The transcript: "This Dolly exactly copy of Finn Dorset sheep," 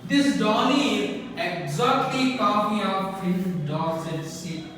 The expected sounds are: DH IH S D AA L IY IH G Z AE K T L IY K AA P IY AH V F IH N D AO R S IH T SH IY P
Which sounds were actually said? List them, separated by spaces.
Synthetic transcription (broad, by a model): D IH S D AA N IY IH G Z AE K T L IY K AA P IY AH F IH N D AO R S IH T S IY